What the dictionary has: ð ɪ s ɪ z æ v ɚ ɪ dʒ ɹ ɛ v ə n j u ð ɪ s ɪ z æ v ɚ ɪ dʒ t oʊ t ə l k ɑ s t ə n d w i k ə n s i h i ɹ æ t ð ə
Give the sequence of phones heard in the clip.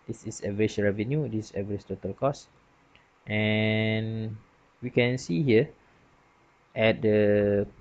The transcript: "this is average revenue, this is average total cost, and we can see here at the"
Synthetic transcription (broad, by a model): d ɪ s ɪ s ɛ v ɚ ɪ ʃ ɹ ɛ v ə n j u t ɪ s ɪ v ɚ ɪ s t oʊ t ə l k ɑ s t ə n w i k ə n s i h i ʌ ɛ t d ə